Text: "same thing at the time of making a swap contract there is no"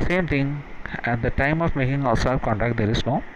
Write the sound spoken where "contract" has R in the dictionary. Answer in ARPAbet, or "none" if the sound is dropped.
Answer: none